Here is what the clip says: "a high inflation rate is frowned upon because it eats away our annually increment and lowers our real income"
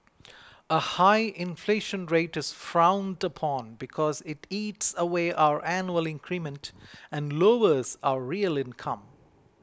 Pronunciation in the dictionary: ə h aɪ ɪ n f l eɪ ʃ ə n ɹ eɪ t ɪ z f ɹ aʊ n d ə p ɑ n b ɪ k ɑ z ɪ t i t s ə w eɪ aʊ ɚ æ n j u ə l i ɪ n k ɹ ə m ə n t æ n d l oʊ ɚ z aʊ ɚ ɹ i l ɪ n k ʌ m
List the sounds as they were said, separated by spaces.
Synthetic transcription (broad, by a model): ə h aɪ ɪ n f l eɪ ʃ ə n ɹ eɪ t ɪ z f ɹ aʊ n d ə p ɑ n b ɪ k ɑ z ɪ t i t s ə w eɪ aʊ ɚ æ n j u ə l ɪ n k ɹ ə m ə n t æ n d l oʊ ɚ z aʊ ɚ ɹ i l ɪ n k ʌ m